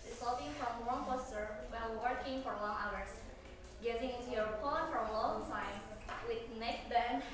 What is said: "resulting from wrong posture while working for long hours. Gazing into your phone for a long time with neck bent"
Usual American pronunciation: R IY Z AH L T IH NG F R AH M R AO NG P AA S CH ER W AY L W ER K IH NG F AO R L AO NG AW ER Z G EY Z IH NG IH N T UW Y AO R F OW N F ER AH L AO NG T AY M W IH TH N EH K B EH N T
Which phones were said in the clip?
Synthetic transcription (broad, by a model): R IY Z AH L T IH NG F R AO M L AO NG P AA S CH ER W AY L W ER K IH NG F AO R L AO NG AW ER S G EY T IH NG IH N T UW Y AO R P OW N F AH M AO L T AY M W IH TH N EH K B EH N